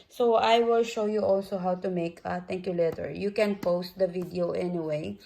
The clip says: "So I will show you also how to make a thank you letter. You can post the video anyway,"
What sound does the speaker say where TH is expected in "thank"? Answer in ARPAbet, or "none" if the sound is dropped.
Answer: T